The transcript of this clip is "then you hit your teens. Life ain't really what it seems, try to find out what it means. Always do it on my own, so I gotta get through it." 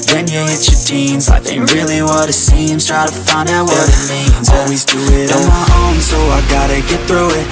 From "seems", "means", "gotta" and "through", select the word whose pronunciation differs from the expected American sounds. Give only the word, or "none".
seems